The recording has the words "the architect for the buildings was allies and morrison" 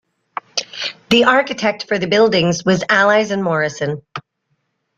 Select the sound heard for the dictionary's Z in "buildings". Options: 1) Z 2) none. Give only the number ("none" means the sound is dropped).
1